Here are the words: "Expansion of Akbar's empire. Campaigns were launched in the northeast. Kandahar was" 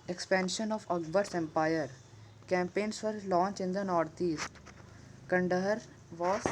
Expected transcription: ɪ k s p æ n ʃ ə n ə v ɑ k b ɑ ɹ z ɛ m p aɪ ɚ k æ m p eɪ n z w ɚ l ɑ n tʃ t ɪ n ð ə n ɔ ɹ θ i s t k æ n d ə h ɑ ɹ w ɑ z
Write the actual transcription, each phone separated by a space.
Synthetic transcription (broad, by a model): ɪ k s p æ n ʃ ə n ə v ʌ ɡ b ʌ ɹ s ɛ m p aɪ ɚ k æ m p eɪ n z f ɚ l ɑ n tʃ ɪ n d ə n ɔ ɹ t i s t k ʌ n d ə h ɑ ɹ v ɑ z